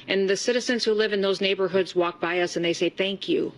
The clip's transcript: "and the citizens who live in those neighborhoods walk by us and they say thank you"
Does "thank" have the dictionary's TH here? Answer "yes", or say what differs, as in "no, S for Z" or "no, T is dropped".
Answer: yes